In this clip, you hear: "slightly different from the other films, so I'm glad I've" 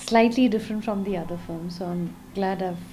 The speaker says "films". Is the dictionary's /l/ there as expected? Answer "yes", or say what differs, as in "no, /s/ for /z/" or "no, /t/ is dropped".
no, /l/ is dropped